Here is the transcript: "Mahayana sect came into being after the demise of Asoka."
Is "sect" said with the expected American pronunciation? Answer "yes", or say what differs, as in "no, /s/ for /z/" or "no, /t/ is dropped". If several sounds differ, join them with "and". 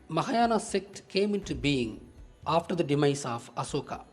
yes